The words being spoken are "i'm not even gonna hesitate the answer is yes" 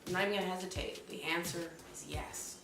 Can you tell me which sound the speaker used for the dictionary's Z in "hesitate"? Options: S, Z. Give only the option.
Z